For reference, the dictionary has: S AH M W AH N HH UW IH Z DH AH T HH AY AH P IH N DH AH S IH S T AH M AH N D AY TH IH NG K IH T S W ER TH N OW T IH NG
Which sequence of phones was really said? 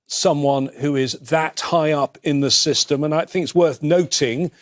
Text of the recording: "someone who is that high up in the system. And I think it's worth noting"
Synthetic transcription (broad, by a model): S AH M W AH N HH UW IH Z DH AH T HH AY AH P IH N DH AH S IH S T AH M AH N AY TH IH NG K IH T S W ER TH N OW T IH NG